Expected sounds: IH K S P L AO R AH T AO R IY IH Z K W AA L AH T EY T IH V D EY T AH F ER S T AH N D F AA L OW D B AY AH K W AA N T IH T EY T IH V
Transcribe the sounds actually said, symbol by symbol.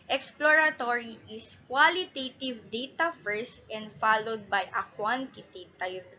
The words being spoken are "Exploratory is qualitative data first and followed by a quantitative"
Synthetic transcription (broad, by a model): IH K S P L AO R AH T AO R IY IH S K W AA L AH T EY T IH V D EY T AH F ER S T AH N D F AA L OW D B AY AH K W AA N T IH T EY T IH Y